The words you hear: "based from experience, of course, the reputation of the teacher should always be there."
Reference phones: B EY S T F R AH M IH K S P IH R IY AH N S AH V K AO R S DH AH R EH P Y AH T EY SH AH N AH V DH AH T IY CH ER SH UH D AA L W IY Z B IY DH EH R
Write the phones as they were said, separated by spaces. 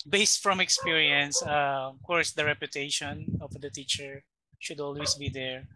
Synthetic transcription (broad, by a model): B EY S T F R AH M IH K S P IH R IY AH N S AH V K AO R S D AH R EH P Y AH T EY SH AH N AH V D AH T IY CH ER SH UH D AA L W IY S B IY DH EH R